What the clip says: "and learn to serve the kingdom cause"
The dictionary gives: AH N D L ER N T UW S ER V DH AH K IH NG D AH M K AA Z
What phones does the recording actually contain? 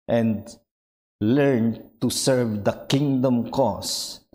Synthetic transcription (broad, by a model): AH N D L ER N T UW S ER V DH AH K IH NG D AH M K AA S